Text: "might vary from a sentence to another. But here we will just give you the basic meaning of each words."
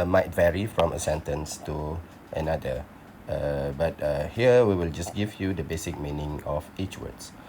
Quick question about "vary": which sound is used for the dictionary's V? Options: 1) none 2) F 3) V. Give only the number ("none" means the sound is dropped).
3